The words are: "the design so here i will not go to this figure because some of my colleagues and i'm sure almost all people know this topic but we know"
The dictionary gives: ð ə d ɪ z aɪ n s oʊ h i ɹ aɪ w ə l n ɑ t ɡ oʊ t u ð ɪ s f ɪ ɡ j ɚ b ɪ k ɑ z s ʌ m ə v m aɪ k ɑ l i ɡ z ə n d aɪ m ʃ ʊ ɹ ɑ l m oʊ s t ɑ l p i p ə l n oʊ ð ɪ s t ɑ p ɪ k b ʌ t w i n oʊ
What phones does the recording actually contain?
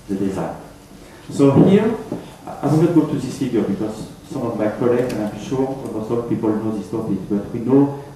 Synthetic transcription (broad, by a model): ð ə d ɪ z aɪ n s oʊ h i ɹ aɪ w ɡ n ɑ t ɡ oʊ t u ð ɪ s f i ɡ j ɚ b ɪ k ɑ z s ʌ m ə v m aɪ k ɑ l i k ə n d aɪ m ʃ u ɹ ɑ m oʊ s ɑ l p i p ə l n oʊ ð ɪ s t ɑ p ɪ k b ʌ t w i n oʊ